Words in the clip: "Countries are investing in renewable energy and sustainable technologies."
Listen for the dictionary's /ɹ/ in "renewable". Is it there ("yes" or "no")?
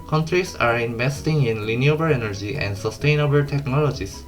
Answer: no